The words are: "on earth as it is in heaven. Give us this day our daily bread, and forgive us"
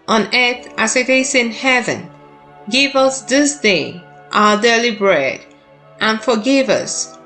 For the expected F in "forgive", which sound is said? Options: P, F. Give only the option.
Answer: F